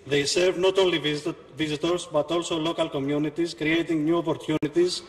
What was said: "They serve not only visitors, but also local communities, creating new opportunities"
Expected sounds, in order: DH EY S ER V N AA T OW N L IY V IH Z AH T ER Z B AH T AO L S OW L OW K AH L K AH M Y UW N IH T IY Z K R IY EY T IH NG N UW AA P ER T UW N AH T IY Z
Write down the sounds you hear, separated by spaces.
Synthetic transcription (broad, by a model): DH EY S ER V N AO T OW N L IY V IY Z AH T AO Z B AH T AO L S OW L OW K AH L K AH M Y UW N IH T IY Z K R IY EY T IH NG N UW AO P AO T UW N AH T IY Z